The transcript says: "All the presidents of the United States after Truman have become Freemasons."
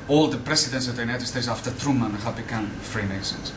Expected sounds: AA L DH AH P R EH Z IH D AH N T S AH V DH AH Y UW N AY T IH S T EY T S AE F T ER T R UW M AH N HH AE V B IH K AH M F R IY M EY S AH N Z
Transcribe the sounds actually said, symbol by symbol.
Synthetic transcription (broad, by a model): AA L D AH P R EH S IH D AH N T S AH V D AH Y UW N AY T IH S T EY T S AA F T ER T R UW M AH N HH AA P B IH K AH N F R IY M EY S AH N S